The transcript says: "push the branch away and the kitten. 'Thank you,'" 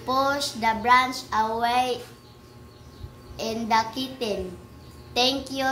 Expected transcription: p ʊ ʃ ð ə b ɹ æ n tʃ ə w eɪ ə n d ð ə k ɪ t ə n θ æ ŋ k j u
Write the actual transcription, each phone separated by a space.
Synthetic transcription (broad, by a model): p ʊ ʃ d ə b ɹ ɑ n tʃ ə w eɪ ə n d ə k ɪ t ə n t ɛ ŋ k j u